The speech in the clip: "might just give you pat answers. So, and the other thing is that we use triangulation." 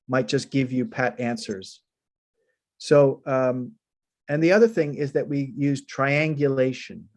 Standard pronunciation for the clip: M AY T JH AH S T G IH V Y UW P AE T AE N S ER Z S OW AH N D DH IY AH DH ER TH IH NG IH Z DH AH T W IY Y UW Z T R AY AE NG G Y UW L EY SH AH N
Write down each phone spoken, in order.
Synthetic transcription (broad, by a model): M AY T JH AH S G IH V Y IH P AE T AE N S ER Z S OW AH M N DH IY AH DH ER TH IH NG IH Z DH AH T W IY Y UW Z T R AY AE NG G Y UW L EY SH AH N